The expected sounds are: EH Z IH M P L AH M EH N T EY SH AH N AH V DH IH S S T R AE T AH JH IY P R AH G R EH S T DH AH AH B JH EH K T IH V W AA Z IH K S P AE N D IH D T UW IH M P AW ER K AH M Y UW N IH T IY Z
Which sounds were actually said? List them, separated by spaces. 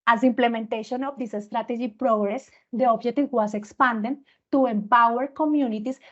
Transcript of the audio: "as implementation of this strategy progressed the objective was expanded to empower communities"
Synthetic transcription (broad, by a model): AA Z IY M P L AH M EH N T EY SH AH N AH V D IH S S T R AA T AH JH IY P R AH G R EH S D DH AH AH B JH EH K T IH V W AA S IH K S P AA N D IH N T UW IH M P AW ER K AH M Y UW N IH T IY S